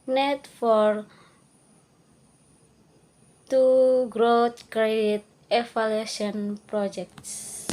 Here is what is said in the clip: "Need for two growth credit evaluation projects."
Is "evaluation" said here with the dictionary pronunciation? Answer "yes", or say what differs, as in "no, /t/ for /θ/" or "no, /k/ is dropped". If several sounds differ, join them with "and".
no, /f/ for /v/